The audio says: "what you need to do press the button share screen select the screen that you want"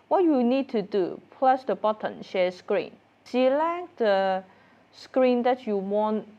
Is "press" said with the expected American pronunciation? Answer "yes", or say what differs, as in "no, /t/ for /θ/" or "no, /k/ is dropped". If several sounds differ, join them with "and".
no, /l/ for /ɹ/